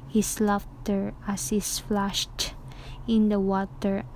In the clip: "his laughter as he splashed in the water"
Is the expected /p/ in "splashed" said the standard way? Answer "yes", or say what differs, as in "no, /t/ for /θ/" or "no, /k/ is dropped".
no, /f/ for /p/